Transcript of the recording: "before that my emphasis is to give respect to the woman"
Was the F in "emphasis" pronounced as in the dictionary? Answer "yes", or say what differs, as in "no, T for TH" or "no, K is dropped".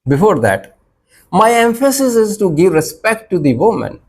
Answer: yes